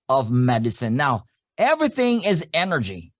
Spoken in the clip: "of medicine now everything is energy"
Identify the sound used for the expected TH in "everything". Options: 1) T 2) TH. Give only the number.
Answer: 2